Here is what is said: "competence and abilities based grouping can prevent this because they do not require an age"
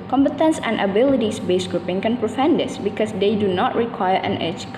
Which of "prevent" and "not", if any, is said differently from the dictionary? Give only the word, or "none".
prevent